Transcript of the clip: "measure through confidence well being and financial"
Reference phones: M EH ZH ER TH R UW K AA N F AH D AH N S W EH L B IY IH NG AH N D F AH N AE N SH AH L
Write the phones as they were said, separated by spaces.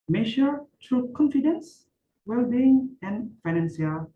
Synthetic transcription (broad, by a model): M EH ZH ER T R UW K AA N F AH D AH N S W EH L B IY IH NG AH N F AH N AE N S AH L